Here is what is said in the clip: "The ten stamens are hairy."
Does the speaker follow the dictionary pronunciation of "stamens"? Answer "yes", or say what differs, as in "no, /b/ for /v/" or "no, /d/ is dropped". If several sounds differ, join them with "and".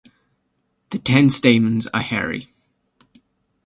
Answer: yes